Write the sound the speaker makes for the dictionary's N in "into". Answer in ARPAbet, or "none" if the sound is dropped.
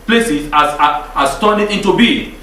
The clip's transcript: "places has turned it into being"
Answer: N